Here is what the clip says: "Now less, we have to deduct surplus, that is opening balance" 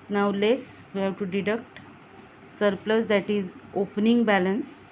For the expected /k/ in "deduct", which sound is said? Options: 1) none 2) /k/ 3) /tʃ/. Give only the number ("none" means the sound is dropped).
2